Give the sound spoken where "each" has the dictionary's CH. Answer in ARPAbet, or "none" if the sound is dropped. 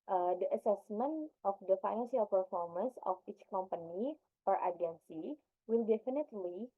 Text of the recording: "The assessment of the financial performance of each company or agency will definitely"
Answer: CH